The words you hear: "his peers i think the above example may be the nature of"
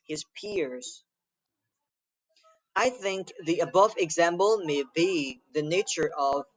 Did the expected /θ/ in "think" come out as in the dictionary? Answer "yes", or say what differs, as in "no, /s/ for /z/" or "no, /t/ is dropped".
yes